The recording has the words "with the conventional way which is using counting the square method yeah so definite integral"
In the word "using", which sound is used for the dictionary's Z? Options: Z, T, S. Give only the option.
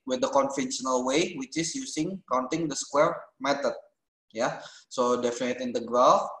S